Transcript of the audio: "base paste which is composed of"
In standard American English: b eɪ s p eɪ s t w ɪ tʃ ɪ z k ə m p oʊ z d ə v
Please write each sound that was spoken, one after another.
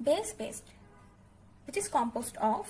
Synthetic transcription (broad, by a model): b eɪ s b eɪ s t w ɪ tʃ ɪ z k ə m p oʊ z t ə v